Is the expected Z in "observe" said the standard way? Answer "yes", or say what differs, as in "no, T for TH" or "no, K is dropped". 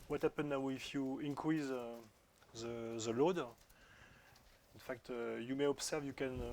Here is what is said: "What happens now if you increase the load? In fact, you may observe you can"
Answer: no, S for Z